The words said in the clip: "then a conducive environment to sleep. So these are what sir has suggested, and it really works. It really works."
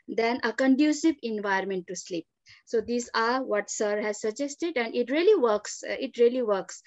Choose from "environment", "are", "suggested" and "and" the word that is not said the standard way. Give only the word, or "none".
environment